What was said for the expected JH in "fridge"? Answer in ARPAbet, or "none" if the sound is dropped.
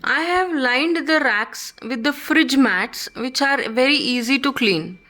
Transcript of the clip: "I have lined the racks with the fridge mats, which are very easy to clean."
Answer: JH